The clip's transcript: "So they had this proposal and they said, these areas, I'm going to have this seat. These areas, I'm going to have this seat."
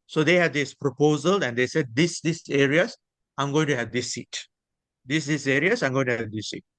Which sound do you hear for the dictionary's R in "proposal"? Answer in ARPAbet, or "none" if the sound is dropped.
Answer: R